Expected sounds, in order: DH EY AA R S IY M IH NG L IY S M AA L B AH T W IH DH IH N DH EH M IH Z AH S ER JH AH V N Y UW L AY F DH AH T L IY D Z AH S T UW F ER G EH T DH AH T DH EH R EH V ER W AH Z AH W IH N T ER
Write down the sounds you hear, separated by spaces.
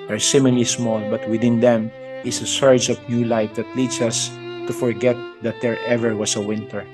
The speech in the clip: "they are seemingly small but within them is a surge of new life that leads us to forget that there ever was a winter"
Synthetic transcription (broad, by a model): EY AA R S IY M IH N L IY S M AA L B AH T W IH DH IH N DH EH M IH S AH S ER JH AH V N Y UW L AY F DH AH T L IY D S AH S T UW F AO G EH T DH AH T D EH R EH V ER W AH S AH W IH N T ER